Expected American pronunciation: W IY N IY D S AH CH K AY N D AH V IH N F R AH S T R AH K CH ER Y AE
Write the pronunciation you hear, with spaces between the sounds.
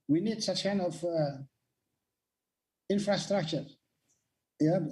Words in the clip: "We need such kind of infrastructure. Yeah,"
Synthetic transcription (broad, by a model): W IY N IY D S AH CH K AY N D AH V IH N F R AH S T R AH K CH ER Y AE